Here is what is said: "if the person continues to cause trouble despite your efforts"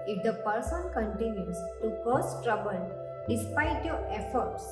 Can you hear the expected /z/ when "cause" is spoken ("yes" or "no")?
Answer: no